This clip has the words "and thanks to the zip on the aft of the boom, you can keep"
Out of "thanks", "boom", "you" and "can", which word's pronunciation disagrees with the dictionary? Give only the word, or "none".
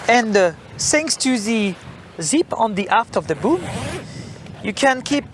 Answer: thanks